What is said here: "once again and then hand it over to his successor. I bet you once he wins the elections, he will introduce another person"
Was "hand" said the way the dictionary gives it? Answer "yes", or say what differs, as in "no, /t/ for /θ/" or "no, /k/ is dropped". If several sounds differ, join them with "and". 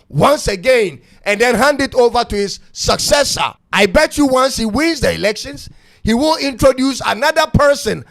yes